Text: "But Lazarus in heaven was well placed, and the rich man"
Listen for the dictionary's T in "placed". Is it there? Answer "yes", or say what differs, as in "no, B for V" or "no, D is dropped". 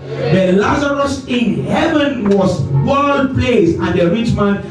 no, T is dropped